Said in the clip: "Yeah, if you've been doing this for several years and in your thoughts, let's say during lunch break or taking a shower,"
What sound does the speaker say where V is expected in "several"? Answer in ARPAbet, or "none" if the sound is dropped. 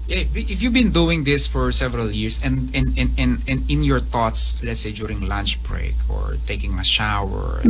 V